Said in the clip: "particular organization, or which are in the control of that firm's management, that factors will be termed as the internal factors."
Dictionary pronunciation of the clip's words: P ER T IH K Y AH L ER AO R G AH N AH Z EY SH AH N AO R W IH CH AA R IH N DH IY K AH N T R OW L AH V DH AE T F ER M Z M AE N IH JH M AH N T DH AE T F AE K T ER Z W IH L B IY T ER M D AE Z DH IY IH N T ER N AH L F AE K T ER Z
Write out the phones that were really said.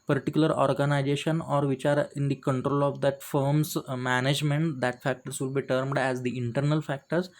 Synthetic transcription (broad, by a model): P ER T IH K Y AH L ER AO R G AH N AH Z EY SH AH N AO R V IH CH AA R IH N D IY K AH N T R OW L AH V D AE T F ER M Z M AE N IH JH M AH N T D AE T F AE K T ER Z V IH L B IY T ER M D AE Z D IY IH N T ER N AH L F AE K T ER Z